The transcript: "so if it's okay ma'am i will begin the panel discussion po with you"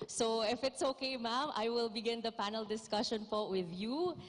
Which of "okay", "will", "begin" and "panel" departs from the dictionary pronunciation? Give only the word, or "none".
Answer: none